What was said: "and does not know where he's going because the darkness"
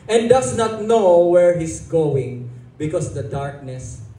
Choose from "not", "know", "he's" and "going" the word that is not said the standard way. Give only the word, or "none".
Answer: he's